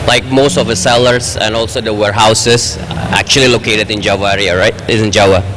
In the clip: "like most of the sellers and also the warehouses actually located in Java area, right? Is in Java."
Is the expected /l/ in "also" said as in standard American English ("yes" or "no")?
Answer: yes